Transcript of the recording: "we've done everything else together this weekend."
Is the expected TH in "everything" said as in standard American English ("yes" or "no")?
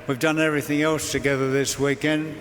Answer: yes